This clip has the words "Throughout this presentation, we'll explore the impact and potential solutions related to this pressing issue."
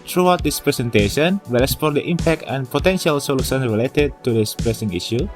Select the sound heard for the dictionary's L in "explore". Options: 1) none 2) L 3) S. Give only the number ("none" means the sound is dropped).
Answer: 1